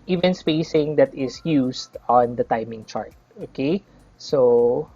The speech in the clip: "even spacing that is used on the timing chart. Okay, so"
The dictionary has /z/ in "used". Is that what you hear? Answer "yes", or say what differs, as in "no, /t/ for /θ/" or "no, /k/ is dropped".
no, /s/ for /z/